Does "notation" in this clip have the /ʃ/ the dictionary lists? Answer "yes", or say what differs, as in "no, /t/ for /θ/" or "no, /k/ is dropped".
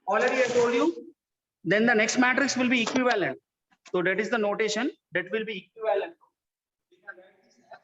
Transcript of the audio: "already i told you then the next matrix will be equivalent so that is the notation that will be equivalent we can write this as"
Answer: yes